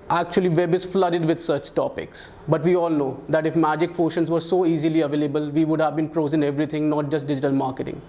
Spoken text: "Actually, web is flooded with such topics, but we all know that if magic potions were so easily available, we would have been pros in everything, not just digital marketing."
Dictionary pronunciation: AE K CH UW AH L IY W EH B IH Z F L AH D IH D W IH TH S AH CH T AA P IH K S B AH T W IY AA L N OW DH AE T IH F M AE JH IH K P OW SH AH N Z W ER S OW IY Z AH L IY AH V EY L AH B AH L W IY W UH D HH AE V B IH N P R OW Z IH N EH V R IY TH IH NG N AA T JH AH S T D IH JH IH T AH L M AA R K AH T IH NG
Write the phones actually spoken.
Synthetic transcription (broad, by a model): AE K CH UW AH L IY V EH B IH Z F L AH D IH D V IH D S AH CH T AA P IH K S B AH T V IY AA L N OW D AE T IH F M AE JH IH K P OW SH AH N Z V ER S OW IY Z AH L IY AH V EY L AH B AH L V IY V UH D HH AE V B IH N P R OW Z IH N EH V R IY T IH NG N AA T JH AH S T D IH JH IH T AH L M AA R K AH T IH NG